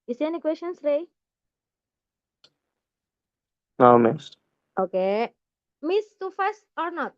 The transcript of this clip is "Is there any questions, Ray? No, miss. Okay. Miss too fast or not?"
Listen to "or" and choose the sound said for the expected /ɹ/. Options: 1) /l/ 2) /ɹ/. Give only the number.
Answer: 2